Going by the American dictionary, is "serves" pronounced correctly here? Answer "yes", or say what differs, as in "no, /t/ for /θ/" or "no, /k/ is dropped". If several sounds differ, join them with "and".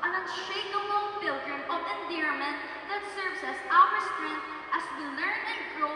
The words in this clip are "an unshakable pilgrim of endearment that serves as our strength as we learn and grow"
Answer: no, /s/ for /z/